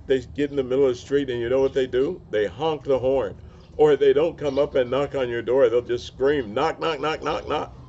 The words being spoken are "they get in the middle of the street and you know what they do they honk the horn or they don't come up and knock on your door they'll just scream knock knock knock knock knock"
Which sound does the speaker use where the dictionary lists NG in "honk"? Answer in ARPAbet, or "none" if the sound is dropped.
NG